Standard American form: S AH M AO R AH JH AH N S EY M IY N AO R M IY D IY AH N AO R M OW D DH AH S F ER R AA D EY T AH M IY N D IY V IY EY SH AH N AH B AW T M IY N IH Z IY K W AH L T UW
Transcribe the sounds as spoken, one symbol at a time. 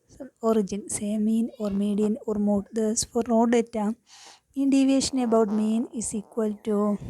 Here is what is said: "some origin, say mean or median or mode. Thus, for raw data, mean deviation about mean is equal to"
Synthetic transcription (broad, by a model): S AO R AH JH AH N S EY M IY N AO R M IY D IY AH N AO R M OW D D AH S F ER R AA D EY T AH M IY N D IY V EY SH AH N AH B AW T M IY N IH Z IY K W AH L T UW